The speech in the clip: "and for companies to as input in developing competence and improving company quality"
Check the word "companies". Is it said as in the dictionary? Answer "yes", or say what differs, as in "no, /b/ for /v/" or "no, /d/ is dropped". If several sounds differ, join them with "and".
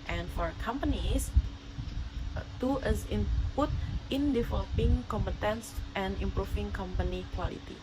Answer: no, /s/ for /z/